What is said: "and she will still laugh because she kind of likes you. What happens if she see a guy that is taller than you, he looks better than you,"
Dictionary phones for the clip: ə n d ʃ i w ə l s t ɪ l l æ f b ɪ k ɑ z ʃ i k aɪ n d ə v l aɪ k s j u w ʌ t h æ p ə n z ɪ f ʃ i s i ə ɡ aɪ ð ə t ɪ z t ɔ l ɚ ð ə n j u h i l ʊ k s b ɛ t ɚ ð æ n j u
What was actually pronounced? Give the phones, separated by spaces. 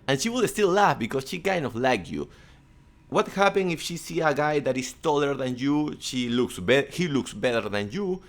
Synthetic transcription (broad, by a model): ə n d ʃ i w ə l s t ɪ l l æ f b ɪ k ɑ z ʃ i k aɪ n d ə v l aɪ k j u w ʌ t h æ p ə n ɪ f ʃ i s i ə ɡ aɪ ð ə t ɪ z t ɔ l ɚ ð ə n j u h i l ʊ k s b ɛ t ɚ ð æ n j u